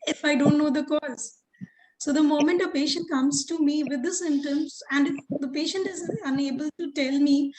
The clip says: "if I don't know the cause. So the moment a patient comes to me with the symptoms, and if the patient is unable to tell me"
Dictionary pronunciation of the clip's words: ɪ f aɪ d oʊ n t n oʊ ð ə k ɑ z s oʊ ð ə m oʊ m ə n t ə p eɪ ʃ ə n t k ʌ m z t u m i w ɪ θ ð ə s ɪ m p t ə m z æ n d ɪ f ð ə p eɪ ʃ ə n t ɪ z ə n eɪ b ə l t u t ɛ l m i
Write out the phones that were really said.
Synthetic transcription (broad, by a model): ɪ f aɪ d oʊ n t n oʊ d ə k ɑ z s oʊ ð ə m oʊ m ə n t ə p eɪ ʃ ə n t k ʌ m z t u m i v ɪ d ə s ɪ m t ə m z æ n d ɪ f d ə p eɪ ʃ ə n t ɪ z ə n eɪ b ə l t u t ɛ l m i